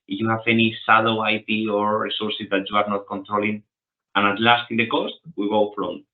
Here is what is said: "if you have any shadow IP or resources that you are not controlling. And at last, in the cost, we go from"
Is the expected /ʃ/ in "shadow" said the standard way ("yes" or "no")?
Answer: no